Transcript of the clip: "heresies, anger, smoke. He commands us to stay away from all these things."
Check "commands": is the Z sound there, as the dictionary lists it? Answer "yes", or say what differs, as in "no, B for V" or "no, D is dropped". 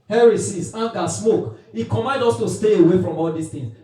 no, Z is dropped